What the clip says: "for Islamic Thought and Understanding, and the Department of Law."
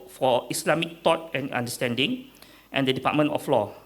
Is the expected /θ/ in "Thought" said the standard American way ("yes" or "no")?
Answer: no